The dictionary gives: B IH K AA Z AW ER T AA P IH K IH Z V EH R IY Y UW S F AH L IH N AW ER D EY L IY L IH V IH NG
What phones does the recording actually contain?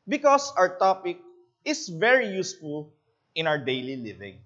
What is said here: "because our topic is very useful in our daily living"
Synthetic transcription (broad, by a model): B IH K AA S AW ER T AA P IH K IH S V EH R IY Y UW S F AH L IH N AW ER D EY L IY L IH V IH NG